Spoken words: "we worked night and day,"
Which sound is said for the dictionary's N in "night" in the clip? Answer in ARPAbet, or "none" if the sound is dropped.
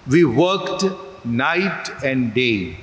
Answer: N